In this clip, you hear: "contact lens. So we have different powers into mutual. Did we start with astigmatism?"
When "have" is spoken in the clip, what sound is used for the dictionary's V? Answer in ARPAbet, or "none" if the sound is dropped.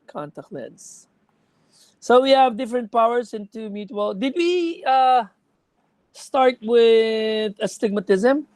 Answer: V